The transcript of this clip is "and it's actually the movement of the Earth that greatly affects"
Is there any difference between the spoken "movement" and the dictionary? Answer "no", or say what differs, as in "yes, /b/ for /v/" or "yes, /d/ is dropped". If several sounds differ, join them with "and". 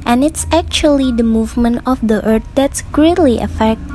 no